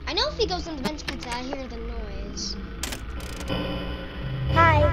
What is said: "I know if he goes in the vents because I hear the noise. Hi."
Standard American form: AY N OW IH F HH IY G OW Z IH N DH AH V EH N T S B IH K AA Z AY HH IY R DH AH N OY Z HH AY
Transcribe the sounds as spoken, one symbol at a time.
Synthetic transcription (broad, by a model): AY N OW IH F HH IY G OW Z IH N DH AH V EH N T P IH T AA IH HH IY R DH AH N OY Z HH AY